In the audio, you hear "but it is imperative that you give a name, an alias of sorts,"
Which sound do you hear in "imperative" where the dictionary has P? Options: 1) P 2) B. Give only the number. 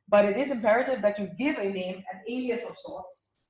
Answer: 1